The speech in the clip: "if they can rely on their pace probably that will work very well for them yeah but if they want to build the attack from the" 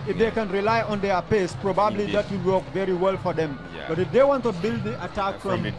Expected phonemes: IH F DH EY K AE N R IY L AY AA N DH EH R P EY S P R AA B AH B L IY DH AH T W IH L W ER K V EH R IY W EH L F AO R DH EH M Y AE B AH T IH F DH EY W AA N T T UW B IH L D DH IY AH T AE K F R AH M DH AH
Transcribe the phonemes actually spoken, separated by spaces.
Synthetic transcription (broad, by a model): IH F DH EY K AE N R IY L AY AA N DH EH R P EY S P R AA B AH B L IY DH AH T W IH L W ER K V EH R IY W EH L F AO R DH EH M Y B AH T IH F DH EY W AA N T T UW B IH L D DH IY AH T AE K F R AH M